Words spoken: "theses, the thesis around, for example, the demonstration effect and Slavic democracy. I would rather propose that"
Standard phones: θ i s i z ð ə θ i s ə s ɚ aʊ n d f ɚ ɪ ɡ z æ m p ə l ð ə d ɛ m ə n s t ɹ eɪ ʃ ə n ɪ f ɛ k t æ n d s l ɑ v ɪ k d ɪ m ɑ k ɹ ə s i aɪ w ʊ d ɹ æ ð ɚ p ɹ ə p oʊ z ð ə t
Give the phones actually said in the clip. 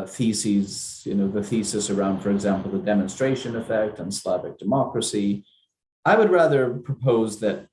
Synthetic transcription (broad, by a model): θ i s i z ð ə θ i s ə s ɚ aʊ n d f ɚ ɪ ɡ z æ m p l ð ə d ɛ m ə n s t ɹ eɪ ʃ ə n ɪ f ɛ k t n s l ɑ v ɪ k d ɪ m ɑ k ɹ ə s i aɪ w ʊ d ɹ æ ð ɚ p ɹ ə p oʊ z ð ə t